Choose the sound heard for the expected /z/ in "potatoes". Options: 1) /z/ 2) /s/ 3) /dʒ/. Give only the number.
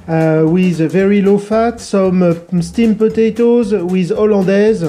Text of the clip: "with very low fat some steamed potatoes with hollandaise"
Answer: 1